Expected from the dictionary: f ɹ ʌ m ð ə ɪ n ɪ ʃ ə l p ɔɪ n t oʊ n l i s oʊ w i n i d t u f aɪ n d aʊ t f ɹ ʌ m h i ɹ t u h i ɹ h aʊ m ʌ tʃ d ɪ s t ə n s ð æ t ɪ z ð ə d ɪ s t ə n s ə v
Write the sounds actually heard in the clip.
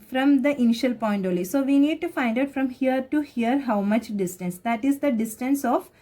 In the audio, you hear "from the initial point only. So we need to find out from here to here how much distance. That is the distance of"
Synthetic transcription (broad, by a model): f ɹ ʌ m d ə ɪ n ɪ ʃ ə l p ɔɪ n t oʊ l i s oʊ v i n i d t u f aɪ n d aʊ t f ɹ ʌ m h i ɹ t u h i ɹ h aʊ m ʌ tʃ d ɪ s t ə n s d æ t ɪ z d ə d ɪ s t ə n s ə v